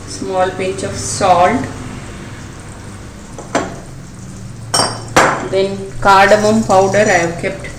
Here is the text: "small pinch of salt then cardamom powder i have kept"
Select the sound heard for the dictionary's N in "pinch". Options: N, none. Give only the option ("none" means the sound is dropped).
none